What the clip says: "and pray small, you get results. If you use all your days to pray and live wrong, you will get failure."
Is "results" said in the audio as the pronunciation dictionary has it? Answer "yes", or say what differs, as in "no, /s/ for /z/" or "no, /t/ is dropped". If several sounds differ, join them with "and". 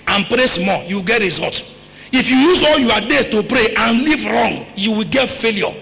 no, /s/ is dropped